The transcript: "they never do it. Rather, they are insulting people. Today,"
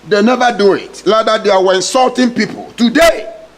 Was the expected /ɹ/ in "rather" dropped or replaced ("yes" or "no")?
yes